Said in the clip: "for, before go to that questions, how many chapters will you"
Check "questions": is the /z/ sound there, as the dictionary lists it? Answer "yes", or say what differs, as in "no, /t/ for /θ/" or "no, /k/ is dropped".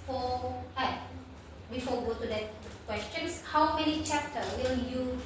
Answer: no, /s/ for /z/